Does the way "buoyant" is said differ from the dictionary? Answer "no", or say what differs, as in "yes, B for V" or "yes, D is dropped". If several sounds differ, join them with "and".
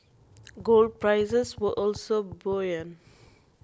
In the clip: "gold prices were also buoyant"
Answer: yes, T is dropped